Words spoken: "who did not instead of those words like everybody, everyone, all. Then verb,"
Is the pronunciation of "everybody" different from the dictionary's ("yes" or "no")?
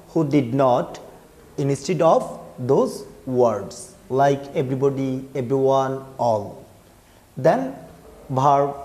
yes